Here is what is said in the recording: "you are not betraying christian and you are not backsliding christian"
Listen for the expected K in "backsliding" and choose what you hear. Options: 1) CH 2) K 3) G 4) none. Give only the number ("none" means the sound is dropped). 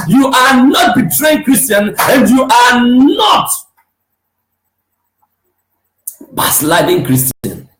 4